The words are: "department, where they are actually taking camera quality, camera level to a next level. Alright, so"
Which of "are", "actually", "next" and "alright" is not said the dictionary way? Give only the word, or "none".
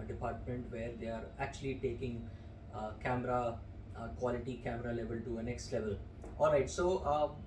none